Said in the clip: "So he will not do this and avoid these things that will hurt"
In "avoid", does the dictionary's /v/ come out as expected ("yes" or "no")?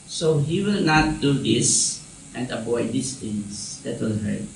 no